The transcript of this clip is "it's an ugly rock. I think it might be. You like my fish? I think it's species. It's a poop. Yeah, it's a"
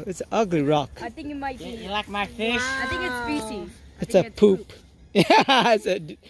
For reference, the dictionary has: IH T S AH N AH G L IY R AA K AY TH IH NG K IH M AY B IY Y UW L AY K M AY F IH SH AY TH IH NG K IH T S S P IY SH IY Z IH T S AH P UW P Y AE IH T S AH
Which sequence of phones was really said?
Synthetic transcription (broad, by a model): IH T S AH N AH G L IY R AA K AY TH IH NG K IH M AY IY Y L AY K M AY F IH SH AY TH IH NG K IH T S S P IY S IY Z IH T S AH P UW P Y AE IH T S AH